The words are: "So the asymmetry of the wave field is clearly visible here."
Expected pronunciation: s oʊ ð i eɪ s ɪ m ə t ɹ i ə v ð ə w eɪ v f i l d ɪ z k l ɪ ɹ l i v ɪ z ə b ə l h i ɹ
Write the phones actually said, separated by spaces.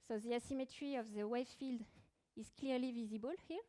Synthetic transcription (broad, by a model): s oʊ ð i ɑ s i m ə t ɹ i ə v ð ə w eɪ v f i l d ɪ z k l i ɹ l i v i z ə b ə l h i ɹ